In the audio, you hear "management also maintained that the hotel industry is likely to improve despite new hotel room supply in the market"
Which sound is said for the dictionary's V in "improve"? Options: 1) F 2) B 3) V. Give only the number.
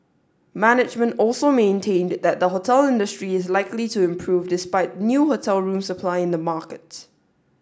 3